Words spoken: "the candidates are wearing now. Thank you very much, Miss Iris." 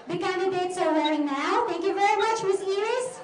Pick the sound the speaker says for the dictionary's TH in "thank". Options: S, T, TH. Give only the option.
T